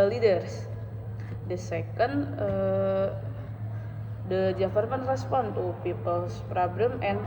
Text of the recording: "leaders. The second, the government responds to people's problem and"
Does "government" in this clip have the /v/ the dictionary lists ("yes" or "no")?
no